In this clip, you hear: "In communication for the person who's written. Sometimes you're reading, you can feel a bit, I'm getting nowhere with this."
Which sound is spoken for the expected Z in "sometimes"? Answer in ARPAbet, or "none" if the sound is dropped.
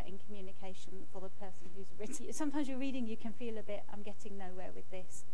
Z